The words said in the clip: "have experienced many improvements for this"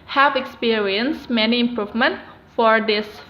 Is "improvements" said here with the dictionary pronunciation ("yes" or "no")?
no